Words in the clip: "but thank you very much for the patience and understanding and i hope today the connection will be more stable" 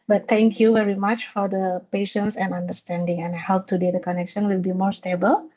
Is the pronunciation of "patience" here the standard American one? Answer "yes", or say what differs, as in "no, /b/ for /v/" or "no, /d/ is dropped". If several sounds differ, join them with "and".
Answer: yes